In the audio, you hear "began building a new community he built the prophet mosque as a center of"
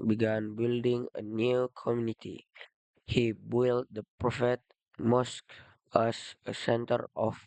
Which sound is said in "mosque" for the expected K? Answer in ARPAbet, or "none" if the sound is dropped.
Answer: K